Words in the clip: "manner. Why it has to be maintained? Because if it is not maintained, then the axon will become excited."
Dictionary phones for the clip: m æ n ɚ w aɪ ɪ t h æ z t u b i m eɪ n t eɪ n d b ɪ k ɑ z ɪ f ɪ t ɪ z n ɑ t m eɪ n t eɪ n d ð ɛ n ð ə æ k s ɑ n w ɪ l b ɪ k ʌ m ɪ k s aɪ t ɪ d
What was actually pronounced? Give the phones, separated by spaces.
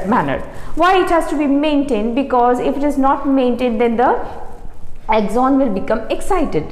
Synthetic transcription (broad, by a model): m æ n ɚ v aɪ ɪ t h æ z t u b i m eɪ n t eɪ n d b ɪ k ɑ z ɪ f ɪ t ɪ z n ɑ t m eɪ n t eɪ n d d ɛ n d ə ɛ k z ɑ n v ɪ l b ɪ k ʌ m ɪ k s aɪ t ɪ d